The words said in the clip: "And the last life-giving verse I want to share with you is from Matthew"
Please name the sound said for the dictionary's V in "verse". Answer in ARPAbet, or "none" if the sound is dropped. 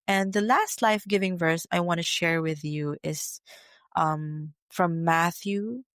V